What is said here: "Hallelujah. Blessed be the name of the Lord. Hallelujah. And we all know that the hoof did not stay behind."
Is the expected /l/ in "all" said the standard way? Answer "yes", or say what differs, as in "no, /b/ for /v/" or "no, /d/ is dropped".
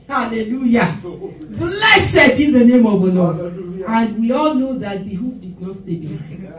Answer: yes